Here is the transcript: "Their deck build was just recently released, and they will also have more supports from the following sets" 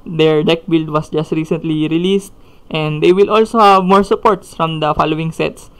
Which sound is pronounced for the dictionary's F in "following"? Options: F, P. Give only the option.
F